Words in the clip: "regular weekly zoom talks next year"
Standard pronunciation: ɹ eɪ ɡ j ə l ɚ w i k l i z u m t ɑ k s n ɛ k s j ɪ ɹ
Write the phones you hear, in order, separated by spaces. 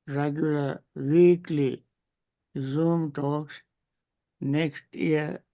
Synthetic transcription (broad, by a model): ɹ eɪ ɡ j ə l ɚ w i k l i z u m t ɑ k s n ɛ k s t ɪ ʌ